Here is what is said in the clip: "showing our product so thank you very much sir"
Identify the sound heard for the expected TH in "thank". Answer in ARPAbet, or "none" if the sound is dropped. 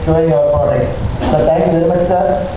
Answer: T